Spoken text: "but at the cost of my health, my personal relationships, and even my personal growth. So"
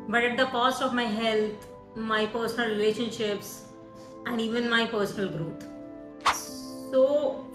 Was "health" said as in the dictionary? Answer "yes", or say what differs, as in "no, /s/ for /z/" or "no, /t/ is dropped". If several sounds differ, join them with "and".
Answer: no, /t/ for /θ/